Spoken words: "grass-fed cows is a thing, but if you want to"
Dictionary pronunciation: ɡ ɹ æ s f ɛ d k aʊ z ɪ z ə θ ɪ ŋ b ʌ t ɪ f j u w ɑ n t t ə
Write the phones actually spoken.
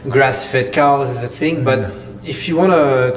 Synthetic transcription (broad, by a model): ɡ ɹ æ s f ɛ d k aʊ ɪ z ə θ ɪ ŋ b ʌ t ɪ f j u w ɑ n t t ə